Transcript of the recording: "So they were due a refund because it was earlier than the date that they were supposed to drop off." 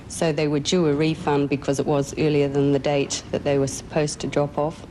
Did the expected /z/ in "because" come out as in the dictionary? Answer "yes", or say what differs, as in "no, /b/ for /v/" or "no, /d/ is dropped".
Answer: yes